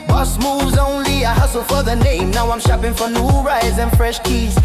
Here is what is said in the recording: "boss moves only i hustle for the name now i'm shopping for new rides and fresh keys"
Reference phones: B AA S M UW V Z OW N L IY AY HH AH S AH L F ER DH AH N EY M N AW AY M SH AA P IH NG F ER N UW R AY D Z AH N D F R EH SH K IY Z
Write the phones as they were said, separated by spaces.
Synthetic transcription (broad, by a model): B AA S M UW V Z OW N L IY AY HH AH S AH L F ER DH AH N EY M N AW AY M SH AA P IH NG F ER N UW R AY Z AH N F R EH SH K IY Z